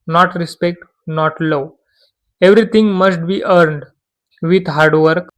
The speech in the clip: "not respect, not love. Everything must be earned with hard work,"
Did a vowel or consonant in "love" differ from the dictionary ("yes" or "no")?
yes